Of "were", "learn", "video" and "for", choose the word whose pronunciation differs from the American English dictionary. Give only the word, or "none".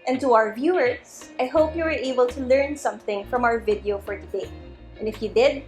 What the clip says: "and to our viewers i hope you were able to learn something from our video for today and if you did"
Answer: none